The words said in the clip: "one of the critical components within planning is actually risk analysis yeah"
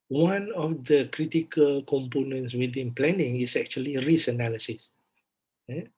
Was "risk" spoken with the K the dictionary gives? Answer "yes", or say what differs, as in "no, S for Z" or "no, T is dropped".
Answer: no, K is dropped